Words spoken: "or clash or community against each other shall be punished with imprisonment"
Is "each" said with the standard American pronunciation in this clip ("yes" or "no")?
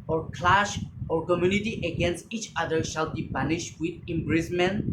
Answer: yes